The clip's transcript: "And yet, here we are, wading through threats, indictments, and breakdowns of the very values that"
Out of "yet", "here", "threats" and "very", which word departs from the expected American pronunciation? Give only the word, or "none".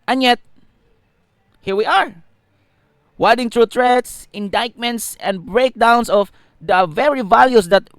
threats